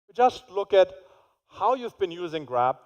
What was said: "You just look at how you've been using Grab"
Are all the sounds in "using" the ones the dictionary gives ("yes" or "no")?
yes